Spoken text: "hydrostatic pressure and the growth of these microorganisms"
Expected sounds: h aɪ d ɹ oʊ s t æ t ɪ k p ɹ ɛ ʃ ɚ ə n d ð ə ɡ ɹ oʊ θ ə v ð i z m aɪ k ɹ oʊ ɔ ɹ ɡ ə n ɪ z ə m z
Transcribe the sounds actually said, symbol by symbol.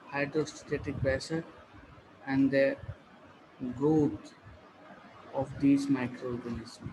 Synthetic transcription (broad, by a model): h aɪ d ɹ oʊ s t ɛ t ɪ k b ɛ s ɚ ə n d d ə ɡ ɹ oʊ t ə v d i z m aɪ k ɹ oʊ ɔ ɹ ɡ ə n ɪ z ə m